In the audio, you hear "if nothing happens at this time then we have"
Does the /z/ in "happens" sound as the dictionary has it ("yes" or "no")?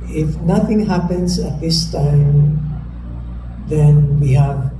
no